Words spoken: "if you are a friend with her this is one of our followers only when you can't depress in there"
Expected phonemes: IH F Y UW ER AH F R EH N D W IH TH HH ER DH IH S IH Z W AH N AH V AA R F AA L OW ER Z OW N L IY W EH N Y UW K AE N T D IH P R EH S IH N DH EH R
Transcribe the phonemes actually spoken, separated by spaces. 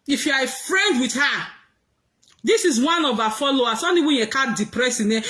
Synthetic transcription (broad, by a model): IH F Y UW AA AH F R EH N D W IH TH HH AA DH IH S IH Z W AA N AH V AA F AA L OW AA S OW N IY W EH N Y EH K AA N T D IH P R EH S IH N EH